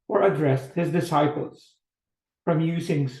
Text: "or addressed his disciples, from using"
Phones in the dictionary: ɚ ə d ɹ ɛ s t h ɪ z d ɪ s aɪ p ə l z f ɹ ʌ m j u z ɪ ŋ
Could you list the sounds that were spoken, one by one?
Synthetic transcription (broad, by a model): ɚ ə d ɹ ɛ s t h ɪ z d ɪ s aɪ p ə l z f ɹ ʌ m j u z ɪ ŋ